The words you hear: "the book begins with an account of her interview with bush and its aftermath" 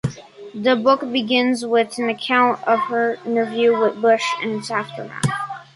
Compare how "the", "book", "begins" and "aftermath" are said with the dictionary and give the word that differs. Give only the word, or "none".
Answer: aftermath